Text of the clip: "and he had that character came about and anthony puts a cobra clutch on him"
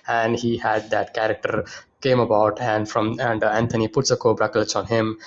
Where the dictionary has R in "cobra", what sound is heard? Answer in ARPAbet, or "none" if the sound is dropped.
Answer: R